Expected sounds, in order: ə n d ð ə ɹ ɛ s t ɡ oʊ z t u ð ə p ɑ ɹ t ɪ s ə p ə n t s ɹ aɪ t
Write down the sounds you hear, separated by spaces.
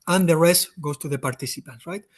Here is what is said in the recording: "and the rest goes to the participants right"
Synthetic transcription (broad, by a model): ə n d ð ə ɹ ɛ s t ɡ oʊ s t u ð ə p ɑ ɹ t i s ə p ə n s ɹ aɪ t